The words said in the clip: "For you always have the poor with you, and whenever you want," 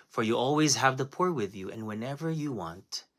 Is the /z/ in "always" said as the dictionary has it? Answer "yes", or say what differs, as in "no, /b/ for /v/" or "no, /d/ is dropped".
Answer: yes